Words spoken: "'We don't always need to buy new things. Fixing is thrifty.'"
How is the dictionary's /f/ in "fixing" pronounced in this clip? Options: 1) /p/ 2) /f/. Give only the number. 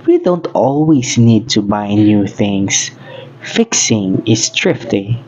2